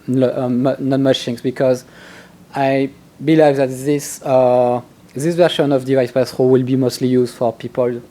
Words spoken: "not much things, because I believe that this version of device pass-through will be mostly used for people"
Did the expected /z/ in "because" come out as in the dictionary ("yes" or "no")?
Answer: yes